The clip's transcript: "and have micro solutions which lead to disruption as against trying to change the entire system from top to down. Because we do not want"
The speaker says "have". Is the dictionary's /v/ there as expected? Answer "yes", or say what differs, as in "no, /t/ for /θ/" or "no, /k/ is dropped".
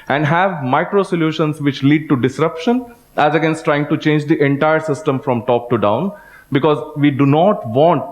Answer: yes